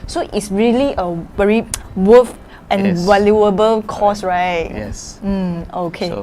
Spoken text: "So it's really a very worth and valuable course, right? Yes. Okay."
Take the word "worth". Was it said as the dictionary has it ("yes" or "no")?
no